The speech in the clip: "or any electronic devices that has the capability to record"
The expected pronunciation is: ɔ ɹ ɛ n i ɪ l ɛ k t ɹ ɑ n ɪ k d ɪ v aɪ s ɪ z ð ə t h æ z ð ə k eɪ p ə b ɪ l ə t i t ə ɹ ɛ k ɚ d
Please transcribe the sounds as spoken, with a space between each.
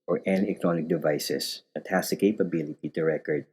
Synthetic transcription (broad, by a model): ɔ ɹ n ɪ n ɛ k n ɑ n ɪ k d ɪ v aɪ s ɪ s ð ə t h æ s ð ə k eɪ p ə b ɪ l ə t i t ə ɹ ɛ k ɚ d